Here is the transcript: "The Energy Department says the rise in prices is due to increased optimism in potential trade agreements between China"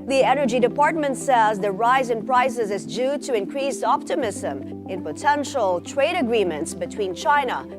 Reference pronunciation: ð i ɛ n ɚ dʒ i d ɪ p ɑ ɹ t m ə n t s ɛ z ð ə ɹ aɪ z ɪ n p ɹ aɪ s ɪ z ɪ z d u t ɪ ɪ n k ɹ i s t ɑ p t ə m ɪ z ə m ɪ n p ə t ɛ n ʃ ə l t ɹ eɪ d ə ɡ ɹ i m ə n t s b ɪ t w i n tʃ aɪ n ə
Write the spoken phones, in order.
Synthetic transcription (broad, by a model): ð i ɛ n ɚ dʒ i d ɪ p ɑ ɹ t m ə n t s ɛ z ð ə ɹ aɪ z ɪ n p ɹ aɪ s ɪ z ɪ z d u t ɪ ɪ n k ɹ i s ɑ p t ə m ɪ z ə m ɪ n p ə t ɛ n ʃ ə l t ɹ eɪ d ə ɡ ɹ i m ə n t s b ɪ t w i n tʃ aɪ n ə